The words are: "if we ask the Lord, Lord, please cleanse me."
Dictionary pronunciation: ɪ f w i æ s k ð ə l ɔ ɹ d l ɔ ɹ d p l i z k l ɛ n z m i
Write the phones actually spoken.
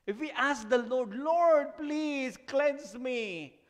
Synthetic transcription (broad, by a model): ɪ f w i æ s k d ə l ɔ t l ɔ ɹ d p l i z k l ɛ n s m i